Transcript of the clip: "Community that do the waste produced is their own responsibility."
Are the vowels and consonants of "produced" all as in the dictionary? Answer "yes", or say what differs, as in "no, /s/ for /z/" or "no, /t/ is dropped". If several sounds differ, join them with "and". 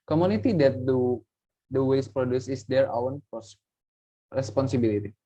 no, /t/ is dropped